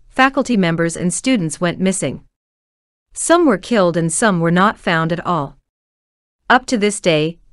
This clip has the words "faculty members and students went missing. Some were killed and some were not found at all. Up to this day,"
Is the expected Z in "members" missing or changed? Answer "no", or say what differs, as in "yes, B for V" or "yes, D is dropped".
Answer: no